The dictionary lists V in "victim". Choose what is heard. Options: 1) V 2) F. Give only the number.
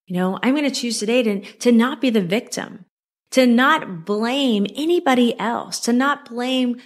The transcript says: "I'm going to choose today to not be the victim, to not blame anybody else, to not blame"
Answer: 1